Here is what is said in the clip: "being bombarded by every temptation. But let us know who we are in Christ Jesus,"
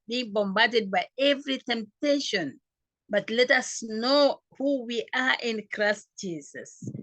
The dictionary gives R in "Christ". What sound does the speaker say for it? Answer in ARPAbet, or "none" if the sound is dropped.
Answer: R